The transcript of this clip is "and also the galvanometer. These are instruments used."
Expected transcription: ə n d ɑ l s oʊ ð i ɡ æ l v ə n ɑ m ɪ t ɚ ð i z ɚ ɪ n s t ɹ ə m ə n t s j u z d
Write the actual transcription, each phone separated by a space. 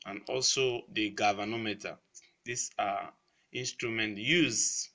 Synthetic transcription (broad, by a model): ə n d ɑ l s oʊ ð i ɡ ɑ v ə n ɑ m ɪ t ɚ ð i s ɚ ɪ n s t ɹ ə m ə n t j u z